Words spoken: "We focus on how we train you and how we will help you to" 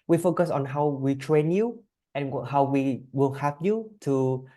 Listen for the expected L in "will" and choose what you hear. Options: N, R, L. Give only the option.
L